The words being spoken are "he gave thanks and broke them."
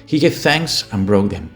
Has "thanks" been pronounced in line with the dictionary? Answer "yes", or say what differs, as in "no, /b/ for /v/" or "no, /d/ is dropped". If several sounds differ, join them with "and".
yes